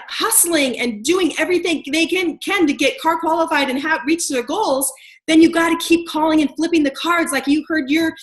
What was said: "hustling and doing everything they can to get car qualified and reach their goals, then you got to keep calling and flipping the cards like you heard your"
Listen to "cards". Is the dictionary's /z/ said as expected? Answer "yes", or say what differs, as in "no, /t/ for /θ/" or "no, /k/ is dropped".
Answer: yes